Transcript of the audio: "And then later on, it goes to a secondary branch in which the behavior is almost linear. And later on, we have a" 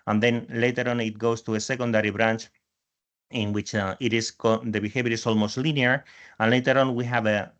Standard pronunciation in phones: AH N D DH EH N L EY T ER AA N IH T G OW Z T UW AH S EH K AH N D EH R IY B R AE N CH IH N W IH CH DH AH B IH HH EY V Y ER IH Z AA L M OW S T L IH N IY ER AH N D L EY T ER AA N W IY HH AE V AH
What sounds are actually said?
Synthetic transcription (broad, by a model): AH N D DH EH N L EY T ER AA N IH T G OW S T UW AH S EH K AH N D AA R IY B R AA N CH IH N W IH CH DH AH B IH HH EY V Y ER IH S AA L M OW S T L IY N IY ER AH N L EY T ER AA N W IY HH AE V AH